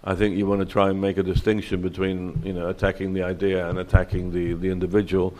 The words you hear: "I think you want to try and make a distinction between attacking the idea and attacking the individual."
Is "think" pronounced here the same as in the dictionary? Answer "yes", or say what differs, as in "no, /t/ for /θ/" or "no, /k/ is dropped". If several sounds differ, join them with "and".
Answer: yes